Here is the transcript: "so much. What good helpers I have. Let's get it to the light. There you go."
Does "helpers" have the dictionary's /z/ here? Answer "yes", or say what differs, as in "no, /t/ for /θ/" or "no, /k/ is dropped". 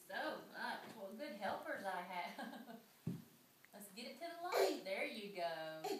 yes